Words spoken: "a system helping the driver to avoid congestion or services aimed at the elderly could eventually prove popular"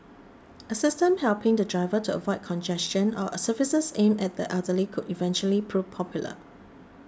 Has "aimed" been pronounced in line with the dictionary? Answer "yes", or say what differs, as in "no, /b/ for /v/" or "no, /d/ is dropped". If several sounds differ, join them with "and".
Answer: no, /d/ is dropped